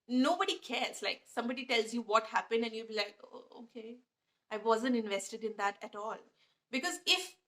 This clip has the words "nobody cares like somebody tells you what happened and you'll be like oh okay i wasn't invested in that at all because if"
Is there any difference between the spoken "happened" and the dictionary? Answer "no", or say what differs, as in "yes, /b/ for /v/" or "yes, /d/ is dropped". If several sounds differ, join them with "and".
no